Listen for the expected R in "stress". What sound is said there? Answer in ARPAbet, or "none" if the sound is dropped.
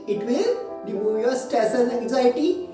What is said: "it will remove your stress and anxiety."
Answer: none